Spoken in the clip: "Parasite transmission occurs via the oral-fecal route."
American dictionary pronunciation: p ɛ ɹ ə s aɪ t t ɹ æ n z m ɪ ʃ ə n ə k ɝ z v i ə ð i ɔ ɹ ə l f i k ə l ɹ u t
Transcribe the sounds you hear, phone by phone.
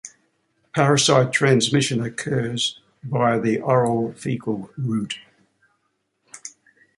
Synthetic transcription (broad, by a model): p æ ɹ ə s aɪ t t ɹ æ n z m ɪ ʃ ə n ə k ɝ z b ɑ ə ð i ɔ ɹ ə l f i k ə l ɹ u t